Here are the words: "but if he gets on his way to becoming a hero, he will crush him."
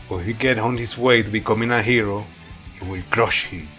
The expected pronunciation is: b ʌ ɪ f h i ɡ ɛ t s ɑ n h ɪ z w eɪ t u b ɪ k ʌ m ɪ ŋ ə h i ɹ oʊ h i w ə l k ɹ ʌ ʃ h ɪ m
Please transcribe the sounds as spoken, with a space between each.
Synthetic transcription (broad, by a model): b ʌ h i ɡ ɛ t ɑ n h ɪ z w eɪ t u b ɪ k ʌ m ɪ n ə h i ɹ oʊ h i w ə l k ɹ ʌ ʃ h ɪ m